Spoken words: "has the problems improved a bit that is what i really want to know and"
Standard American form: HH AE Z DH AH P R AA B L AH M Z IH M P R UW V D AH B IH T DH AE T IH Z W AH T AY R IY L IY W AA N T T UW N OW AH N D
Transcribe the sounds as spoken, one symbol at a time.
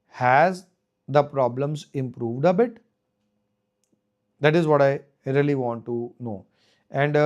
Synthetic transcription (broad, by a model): HH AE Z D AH P R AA B L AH M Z IH M P R UW V D AH B IH T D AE T IH Z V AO T AY R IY L IY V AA N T T UW N OW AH N D